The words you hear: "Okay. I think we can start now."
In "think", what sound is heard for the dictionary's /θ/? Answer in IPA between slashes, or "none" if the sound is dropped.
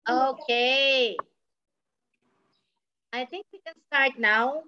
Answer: /t/